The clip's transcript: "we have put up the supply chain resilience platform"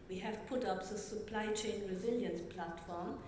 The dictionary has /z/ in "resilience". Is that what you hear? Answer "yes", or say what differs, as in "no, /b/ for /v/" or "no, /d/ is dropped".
yes